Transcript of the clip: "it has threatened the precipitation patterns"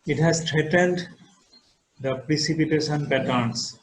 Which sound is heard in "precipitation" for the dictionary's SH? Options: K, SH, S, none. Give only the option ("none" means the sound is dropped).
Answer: S